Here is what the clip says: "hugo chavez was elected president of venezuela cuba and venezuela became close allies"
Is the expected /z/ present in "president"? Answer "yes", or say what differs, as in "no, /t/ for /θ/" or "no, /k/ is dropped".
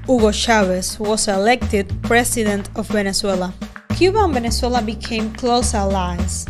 no, /s/ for /z/